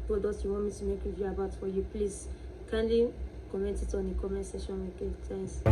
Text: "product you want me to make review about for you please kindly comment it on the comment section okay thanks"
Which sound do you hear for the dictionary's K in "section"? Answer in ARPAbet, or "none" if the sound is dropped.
none